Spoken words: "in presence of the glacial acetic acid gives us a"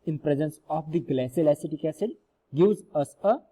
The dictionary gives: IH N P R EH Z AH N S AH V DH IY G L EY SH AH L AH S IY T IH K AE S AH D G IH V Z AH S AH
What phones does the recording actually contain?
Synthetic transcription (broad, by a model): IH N P R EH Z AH N S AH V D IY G L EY S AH L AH S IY T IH K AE S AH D G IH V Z AH S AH